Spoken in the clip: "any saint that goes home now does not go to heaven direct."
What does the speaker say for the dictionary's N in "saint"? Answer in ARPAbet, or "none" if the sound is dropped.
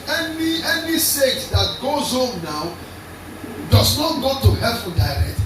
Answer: none